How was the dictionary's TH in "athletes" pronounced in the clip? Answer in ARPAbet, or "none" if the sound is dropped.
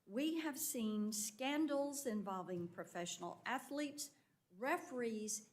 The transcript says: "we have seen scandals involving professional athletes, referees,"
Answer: TH